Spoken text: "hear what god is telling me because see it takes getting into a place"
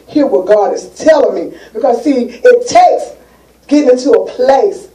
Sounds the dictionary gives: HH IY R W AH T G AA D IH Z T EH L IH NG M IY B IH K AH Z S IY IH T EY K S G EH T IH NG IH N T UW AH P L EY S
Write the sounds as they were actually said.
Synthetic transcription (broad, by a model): HH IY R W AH G AA D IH S T EH L IH NG M IY B IH K AH Z S IY IH T EY K S G EH T IH NG IH N T UW AH P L EY S